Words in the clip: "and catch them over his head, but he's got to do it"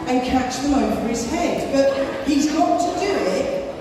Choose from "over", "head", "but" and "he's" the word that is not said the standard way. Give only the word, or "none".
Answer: over